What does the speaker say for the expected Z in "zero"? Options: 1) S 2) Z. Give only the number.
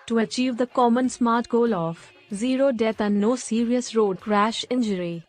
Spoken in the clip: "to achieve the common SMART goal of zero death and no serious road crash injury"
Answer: 2